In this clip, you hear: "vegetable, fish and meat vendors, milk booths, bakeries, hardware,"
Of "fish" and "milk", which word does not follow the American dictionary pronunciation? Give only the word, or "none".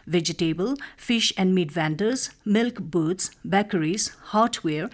none